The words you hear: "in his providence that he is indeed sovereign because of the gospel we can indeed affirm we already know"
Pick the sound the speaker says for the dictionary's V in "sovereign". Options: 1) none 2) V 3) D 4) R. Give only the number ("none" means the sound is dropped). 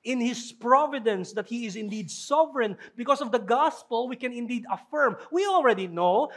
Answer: 2